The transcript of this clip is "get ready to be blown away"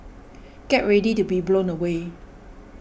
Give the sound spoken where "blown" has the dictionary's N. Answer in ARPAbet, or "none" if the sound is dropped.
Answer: N